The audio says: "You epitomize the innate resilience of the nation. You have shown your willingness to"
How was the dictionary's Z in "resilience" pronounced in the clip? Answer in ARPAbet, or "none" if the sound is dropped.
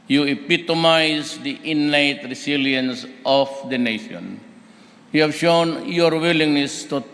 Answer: S